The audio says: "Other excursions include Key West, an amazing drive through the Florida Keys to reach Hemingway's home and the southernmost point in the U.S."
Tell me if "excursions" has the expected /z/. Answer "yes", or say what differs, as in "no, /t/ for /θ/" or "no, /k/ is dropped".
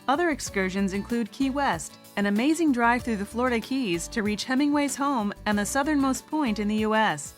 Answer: yes